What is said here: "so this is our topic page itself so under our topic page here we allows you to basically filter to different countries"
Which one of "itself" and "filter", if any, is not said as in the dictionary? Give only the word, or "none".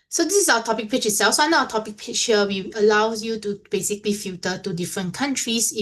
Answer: filter